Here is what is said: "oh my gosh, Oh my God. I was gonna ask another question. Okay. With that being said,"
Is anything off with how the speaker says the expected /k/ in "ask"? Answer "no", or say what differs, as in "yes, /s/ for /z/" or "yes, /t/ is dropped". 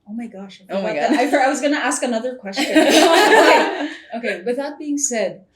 no